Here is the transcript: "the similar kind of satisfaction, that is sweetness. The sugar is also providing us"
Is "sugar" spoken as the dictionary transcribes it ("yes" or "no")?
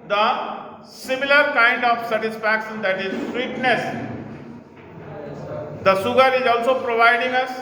no